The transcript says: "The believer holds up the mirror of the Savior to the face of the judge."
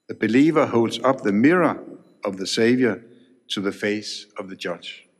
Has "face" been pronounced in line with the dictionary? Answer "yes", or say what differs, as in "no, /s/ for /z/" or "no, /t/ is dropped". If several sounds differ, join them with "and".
yes